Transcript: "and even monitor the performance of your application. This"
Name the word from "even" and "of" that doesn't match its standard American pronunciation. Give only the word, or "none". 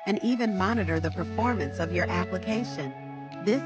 none